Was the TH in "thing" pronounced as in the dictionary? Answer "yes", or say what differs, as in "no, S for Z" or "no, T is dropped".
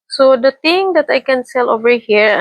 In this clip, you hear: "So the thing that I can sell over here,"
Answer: no, T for TH